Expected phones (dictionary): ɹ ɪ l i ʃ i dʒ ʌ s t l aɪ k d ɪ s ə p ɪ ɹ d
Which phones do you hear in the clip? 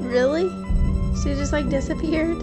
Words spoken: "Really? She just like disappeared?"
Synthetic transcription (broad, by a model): ɹ ɪ l i s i dʒ ʌ s t l aɪ k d ɪ s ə p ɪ ɹ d